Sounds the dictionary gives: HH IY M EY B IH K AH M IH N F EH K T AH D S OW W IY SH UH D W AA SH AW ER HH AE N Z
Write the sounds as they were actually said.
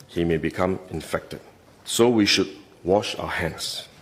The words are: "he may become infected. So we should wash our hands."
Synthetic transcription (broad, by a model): HH IY M EY B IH K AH M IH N F EH K T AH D S OW W IY SH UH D W AA SH AW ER HH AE N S